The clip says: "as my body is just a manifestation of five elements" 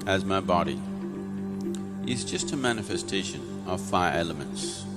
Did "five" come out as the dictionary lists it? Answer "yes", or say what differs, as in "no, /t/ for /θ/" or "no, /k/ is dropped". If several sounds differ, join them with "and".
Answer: no, /v/ is dropped